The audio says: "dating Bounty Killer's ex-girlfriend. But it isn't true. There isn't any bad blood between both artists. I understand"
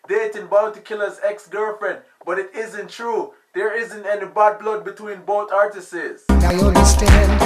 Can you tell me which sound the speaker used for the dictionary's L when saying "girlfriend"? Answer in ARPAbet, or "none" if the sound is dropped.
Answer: none